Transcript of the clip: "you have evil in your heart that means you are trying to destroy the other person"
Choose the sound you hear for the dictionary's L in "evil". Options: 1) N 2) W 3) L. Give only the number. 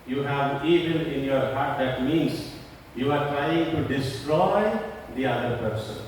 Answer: 1